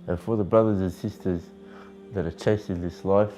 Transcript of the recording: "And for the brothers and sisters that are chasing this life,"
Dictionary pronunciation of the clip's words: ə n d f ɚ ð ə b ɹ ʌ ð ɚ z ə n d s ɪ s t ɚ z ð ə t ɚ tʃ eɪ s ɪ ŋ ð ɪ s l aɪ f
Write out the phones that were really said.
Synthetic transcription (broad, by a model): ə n f ɚ ð ə b ɹ ʌ ð ɚ z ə n s ɪ s t ɚ z ð ə t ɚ tʃ eɪ s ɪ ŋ ð ɪ s l aɪ f